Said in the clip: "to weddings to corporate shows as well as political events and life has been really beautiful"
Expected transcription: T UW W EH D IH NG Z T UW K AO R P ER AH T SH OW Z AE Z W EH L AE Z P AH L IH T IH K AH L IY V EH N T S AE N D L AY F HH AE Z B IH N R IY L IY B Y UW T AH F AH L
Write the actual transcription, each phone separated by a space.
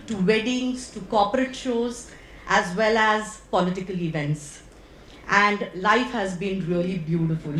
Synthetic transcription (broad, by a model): T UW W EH D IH NG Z T UW K AO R P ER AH T SH OW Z AE Z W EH L AE Z P AH L IH T IH K AH L IY V EH N T S AE N D L AY F HH AE Z B IH N R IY L IY B Y UW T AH F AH L